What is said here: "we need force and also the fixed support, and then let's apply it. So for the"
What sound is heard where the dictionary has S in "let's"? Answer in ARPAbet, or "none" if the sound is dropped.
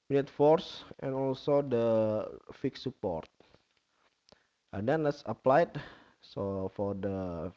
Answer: S